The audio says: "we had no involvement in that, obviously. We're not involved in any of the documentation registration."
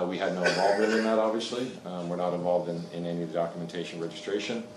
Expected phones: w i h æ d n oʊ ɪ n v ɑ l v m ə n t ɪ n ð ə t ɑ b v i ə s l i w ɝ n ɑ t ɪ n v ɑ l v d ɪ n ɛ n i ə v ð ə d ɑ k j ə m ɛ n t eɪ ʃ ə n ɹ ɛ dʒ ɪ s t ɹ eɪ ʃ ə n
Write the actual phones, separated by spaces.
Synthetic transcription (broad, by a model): w i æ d n oʊ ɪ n v ɑ l v ə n ɪ n ð ə t ɑ b v i ə s l i w ɝ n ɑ t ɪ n v ɑ l v d ɪ n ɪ n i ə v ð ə d ɑ k j ə m ɛ n t eɪ ʃ ə n ɹ ɛ dʒ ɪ s t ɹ eɪ ʃ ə n